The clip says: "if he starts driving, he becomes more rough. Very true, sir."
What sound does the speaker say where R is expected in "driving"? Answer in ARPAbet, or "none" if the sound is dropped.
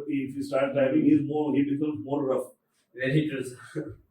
none